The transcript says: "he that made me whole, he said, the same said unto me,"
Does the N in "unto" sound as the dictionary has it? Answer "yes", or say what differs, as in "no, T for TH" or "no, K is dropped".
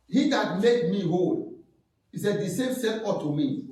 no, N is dropped